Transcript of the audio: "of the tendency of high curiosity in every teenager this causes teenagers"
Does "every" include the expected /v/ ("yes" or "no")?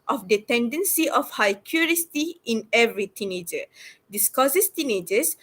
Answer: yes